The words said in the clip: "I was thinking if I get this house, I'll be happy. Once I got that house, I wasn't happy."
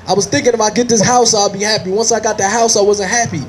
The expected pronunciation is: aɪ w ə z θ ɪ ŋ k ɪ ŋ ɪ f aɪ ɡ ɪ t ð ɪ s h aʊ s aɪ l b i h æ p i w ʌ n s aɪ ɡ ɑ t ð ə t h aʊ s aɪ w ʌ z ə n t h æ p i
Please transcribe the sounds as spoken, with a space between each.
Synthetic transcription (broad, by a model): aɪ w ə z θ ɪ ŋ k ɪ ŋ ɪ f aɪ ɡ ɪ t ð ɪ s h aʊ s aɪ l b i h æ p i w ʌ n s aɪ ɡ ɑ t ð ə t h aʊ s aɪ w ʌ z ə n t h æ p i